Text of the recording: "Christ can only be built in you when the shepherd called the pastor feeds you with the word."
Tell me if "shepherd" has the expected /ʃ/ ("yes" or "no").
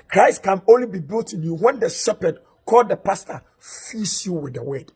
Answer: no